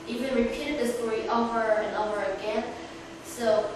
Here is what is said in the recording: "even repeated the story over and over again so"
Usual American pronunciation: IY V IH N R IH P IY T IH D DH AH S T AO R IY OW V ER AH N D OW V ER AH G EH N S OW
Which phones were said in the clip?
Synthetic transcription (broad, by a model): IY V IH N R IH P IY T IH D DH AH S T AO R IY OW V ER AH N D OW ER AH G EH N S OW